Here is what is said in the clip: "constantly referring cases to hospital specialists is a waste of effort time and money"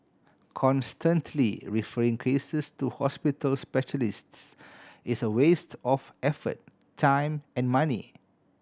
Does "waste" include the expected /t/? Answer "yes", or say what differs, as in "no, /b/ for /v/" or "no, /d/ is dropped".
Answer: yes